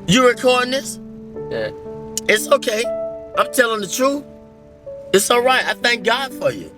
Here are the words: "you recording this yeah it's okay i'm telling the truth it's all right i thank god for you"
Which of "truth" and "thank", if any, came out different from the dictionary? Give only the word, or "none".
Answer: none